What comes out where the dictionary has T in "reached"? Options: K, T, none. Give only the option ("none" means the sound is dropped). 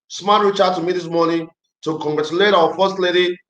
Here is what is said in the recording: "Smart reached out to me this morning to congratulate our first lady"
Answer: none